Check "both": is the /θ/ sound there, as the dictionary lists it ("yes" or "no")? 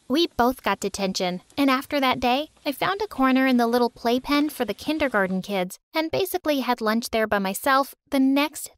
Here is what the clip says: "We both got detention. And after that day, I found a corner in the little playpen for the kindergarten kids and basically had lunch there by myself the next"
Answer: yes